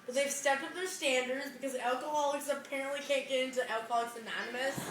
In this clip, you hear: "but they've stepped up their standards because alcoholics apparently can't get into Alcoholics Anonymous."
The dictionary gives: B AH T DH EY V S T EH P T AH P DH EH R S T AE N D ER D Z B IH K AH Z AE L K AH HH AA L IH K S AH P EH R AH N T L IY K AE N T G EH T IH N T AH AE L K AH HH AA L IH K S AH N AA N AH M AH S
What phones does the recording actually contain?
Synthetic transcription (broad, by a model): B AH T DH EY V S T EH P T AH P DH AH R S T AE N D ER D Z B IH K AH Z AE L K AH HH AA L IH K S AH P EH R AH N T L IY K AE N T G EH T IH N T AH AE L K AH HH AA L IH K S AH N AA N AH M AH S